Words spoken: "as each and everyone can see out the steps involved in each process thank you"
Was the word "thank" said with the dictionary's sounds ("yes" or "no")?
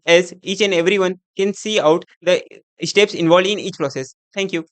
no